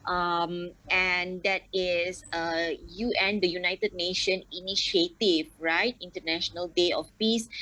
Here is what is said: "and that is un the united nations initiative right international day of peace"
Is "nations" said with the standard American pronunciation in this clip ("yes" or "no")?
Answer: no